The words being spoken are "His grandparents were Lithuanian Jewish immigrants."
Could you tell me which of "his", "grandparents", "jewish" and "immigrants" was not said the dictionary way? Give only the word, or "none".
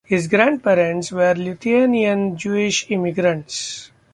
none